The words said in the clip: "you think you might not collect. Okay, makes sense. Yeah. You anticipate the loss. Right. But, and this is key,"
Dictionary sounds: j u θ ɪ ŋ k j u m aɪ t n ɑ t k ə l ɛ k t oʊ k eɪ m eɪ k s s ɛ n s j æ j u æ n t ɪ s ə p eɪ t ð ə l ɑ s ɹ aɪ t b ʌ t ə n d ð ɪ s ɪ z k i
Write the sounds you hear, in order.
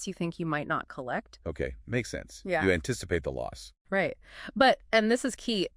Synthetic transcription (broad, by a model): j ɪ θ ɪ ŋ k j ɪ m aɪ t n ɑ t k ə l ɛ k t oʊ k eɪ m eɪ k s s ɛ n s j æ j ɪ æ n t ɪ s ə p eɪ t ð ə l ɑ s ɹ aɪ t b ʌ t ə n ð ɪ s ɪ z k i